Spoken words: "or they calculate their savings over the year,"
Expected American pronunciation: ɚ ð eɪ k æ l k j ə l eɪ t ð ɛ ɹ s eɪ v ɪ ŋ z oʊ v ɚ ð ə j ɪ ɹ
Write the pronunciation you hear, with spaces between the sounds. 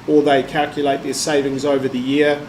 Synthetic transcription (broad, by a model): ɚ ð eɪ k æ l k j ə l eɪ t ð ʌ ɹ s eɪ v ɪ ŋ z oʊ v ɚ ð ə j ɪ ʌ